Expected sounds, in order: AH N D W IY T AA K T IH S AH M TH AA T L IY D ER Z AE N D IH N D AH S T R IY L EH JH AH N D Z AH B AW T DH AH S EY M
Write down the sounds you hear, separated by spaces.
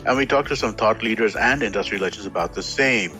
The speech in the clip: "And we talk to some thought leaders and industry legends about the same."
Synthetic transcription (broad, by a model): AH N W IY T AA K T IH S AH M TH AA T L IY D ER Z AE N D IH N D AH S T R IY L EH CH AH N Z AH B AW T DH AH S EY M